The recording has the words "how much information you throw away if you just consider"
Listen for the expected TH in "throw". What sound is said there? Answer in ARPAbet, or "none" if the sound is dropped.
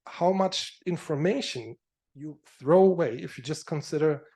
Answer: TH